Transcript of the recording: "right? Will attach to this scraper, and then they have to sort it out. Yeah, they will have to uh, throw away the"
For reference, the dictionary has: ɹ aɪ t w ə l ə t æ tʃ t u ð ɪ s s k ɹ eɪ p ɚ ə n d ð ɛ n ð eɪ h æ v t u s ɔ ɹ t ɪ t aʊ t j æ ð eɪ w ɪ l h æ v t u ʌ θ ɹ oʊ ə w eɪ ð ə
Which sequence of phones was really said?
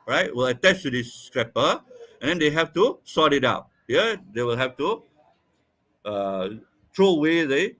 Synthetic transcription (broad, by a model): ɹ aɪ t w ə l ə t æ tʃ t u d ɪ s s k ɹ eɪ p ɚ ə n d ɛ n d eɪ h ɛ f t u s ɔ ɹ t ɪ t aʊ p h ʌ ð eɪ w ɪ l h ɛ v t u ʌ t ɹ oʊ ə w eɪ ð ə